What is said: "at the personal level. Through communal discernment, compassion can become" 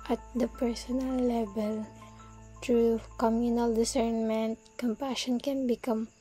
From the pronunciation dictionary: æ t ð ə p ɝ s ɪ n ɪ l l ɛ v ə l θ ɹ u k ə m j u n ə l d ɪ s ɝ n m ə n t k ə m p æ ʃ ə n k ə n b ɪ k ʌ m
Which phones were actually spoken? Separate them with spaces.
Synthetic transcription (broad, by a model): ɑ t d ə p ɝ s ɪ n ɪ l l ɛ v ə l t ɹ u k ə m j u n ə l d ɪ s ɝ n m ə n t k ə m p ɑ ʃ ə n k ə n b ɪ k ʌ m